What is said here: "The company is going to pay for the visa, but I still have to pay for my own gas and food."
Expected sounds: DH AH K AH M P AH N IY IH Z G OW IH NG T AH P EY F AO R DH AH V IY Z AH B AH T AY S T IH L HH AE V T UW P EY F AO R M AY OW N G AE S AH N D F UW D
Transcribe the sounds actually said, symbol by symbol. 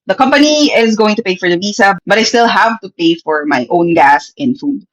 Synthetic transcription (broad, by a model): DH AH K AH M P AH N IY IH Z G OW IH NG T AH P EY F AO R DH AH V IY S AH B AH T AY S T IH L HH AE V T UW P EY F AO R M AY OW N G AE S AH N F UW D